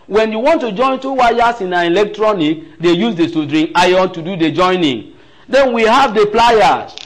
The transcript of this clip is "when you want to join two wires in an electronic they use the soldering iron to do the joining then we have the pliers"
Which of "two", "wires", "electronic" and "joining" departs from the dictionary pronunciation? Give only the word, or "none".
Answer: wires